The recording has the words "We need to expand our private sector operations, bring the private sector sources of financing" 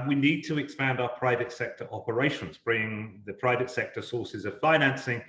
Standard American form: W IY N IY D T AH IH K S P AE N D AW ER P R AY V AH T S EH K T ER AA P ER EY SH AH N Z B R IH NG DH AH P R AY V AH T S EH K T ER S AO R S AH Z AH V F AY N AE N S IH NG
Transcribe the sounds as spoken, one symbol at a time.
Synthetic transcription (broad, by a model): W IY N IY D T AH IH K S P AE N D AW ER P R AY V AH T S EH K T ER AA P ER EY SH AH N Z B R IH NG DH AH P R AY V AH T S EH K T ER S AO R S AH Z AH V F AY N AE N S IH NG